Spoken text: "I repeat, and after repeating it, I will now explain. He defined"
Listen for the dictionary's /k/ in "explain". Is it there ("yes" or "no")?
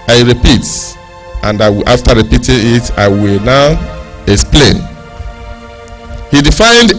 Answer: yes